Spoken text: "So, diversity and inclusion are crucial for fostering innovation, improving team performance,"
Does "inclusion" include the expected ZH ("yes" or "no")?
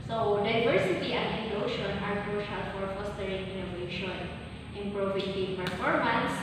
no